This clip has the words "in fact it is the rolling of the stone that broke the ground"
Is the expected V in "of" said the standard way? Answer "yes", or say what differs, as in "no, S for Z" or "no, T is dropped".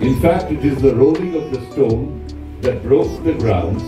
yes